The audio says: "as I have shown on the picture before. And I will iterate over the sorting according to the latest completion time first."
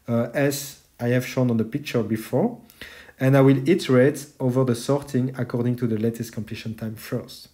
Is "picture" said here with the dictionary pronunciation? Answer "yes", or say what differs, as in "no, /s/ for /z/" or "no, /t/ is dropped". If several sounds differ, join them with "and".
yes